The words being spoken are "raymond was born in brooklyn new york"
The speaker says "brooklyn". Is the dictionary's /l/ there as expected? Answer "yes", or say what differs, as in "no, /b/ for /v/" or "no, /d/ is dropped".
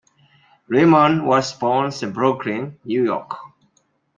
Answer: no, /l/ is dropped